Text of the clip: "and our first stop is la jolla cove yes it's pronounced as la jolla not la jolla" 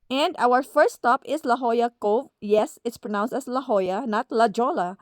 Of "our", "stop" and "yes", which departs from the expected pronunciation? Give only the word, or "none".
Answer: none